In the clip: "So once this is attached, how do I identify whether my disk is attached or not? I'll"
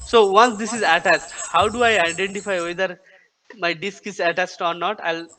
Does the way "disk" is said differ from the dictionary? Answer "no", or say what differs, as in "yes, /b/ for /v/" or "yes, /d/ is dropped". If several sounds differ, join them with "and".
no